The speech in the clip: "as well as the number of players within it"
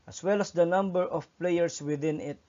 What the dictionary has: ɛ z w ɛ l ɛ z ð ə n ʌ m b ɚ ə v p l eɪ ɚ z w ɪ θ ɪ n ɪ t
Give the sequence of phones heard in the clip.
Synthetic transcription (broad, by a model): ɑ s w ɛ l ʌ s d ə n ʌ m b ɚ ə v p l eɪ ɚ s w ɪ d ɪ n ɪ t